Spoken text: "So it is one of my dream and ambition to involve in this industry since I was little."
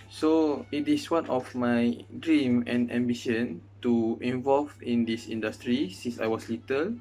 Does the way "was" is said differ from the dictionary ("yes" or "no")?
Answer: yes